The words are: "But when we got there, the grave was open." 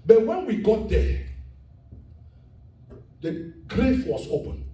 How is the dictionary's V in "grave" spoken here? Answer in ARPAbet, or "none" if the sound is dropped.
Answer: F